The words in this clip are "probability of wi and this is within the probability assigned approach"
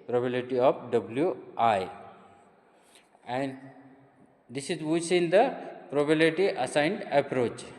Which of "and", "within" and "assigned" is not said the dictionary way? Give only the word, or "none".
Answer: within